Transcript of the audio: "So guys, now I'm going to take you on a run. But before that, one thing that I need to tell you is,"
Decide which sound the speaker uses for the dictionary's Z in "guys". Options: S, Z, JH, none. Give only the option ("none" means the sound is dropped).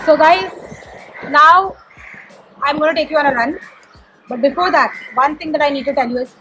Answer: none